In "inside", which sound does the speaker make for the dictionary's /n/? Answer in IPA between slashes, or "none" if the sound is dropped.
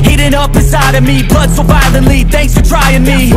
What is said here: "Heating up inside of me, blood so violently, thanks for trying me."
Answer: none